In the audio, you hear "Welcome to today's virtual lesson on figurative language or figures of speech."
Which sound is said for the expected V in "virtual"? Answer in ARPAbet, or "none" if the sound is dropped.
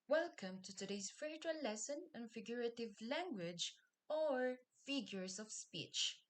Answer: F